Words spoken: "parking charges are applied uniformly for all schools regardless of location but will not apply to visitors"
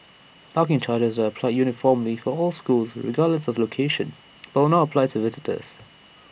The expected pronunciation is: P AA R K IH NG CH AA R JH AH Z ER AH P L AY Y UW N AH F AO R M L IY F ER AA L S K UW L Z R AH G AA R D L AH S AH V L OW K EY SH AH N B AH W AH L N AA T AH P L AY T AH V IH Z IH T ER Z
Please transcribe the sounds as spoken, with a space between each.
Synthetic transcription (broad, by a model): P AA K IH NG CH AA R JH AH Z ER AH P L AY Y UW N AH F AO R M L IY F ER AA L S K UW L Z R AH G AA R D L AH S AH V L OW K EY SH AH N B AH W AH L N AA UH AH P L AY T AH V IH Z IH T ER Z